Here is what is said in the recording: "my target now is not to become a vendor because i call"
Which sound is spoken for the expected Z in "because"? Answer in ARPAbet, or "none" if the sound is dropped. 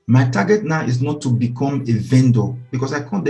S